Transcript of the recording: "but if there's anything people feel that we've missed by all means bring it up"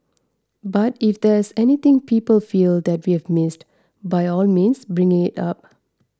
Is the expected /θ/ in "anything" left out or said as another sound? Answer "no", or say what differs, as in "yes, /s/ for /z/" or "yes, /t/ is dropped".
yes, /t/ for /θ/